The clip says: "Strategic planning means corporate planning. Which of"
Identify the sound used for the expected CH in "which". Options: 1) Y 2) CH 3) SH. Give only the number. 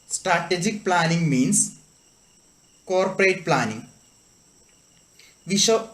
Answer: 3